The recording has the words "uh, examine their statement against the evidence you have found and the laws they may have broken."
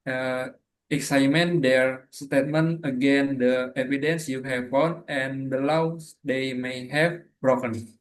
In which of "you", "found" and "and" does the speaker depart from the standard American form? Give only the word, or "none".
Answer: found